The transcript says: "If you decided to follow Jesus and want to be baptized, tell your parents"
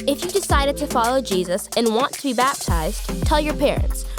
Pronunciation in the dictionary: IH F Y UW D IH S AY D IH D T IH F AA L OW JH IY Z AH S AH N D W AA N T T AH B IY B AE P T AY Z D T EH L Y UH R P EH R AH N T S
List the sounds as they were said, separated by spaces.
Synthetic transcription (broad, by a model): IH F Y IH D IH S AY D IH D T IH F AA L OW JH IY Z AH S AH N W AA N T T AH B IY B AE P T AY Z T EH L Y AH R P EH R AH N T S